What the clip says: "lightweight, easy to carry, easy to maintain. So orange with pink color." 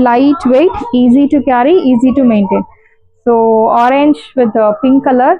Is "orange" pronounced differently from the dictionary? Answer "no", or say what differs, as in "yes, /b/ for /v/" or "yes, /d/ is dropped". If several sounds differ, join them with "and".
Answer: no